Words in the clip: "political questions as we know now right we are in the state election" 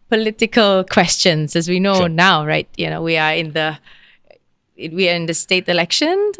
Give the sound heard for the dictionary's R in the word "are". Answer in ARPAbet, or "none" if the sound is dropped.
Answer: W